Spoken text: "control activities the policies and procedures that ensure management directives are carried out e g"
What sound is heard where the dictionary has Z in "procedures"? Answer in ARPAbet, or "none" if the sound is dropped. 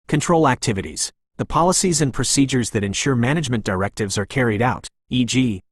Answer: Z